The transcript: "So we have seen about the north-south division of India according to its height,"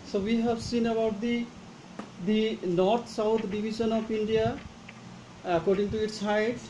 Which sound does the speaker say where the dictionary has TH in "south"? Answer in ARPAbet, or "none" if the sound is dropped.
T